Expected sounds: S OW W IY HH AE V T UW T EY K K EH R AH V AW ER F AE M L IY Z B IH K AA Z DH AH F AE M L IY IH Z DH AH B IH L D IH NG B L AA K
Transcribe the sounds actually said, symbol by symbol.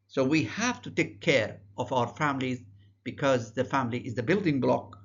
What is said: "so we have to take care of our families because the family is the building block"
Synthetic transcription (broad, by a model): S OW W IY HH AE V T UW T EY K K EH R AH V AW ER F AE M L IY Z B IH K AA Z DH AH F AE M L IY IH Z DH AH B IH L D IH NG B L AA K